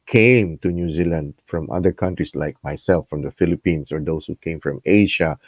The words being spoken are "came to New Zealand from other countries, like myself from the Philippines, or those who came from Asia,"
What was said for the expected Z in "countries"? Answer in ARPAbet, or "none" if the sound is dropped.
S